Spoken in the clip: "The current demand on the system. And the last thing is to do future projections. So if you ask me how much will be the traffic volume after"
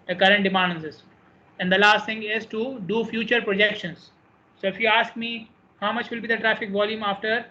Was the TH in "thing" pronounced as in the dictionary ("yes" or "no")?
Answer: no